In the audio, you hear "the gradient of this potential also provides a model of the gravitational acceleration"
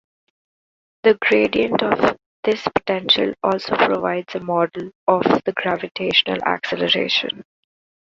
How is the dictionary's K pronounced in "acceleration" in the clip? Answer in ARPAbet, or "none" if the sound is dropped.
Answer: K